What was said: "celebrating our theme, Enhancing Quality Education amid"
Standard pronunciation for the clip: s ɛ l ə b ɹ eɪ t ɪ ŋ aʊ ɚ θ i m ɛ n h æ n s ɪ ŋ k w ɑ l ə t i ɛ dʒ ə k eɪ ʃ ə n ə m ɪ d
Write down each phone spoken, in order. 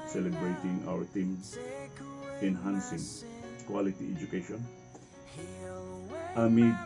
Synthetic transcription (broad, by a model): s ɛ l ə b ɹ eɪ t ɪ ŋ aʊ ɚ t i m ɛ n h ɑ n s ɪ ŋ k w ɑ l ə t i ɛ dʒ ə k eɪ ʃ ə n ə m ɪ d